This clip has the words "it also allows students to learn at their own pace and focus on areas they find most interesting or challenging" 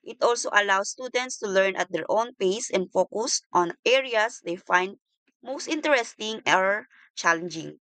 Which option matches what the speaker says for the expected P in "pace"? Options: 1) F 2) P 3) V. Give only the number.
2